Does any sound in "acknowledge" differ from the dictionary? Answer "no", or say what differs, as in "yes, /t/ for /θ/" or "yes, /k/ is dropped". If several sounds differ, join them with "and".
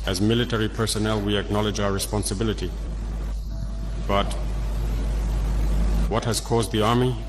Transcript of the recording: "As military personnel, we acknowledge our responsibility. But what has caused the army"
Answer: no